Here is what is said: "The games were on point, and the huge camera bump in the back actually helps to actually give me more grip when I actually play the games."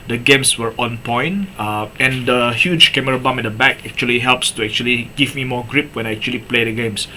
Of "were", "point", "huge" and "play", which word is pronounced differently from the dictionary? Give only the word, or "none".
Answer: point